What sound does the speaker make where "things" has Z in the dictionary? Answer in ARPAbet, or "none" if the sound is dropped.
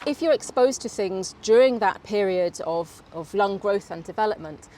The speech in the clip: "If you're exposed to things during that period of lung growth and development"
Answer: Z